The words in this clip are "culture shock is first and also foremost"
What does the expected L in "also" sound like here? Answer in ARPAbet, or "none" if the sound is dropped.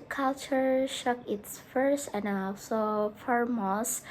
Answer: none